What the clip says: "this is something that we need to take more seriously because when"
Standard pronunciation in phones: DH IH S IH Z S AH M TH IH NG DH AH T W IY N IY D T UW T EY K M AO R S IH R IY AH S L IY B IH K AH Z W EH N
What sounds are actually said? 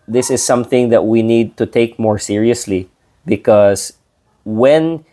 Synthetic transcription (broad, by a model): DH IH S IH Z S AH M TH IH NG DH AH T W IY N IY D T UW T EY K M AO R S IH R IY AH S L IY B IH K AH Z W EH N